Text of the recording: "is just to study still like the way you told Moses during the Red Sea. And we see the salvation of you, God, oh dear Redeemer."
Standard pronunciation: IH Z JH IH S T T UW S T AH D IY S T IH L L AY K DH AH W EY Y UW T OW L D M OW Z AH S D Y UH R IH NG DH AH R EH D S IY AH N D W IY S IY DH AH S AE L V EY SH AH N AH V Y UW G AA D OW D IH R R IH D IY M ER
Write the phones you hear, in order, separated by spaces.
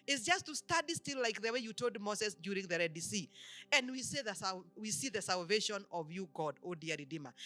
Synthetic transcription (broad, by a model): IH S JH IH S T T UW S T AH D IY S T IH L L AY K DH AH W EY Y UW T OW L D M OW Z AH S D Y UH R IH NG DH AH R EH D S IY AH N D W IY S IY DH AH S AE L V EY SH AH N AH V Y UW G AA D OW D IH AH R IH D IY M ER